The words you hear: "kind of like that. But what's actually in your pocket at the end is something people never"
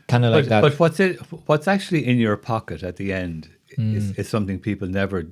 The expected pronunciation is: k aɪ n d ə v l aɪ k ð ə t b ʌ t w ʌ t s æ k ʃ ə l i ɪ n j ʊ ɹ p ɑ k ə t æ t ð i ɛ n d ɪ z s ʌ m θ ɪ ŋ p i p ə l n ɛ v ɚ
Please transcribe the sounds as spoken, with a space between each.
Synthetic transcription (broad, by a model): k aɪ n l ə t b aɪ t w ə t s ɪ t w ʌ t s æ k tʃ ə l i ɪ n j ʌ ɹ p ɑ k ə t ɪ t ð i ɛ n d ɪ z s ʌ m θ ɪ ŋ p i p l n ɛ v ɚ